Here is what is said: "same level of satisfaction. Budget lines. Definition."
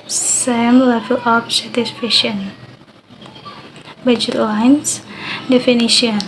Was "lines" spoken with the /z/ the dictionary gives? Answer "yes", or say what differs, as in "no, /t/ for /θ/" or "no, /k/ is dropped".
no, /s/ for /z/